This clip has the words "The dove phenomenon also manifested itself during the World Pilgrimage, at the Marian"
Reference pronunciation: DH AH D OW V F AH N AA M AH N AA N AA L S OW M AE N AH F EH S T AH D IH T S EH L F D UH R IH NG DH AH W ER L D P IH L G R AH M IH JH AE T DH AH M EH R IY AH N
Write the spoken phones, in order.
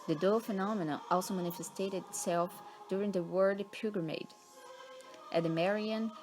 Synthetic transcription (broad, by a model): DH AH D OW F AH N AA M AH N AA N AA L S OW M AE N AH F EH S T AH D IH T S EH L F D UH R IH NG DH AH W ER D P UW G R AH M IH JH T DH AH M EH R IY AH N